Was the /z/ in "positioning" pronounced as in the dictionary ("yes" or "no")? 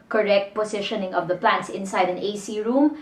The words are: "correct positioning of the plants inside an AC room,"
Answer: no